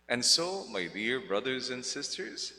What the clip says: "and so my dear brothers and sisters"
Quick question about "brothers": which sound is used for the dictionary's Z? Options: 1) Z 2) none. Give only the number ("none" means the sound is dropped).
1